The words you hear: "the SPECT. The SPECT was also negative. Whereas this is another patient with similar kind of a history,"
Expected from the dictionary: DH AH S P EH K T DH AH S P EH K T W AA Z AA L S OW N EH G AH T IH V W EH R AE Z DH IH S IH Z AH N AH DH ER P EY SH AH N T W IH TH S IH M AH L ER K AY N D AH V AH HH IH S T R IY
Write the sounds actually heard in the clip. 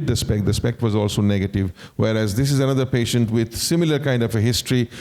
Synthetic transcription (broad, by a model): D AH S P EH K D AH S P EH K T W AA Z AA L S OW N EH G AH T IH V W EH R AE Z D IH S IH Z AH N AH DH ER P EY SH AH N T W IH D S IH M AH L ER K AY N D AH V AH HH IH S T R IY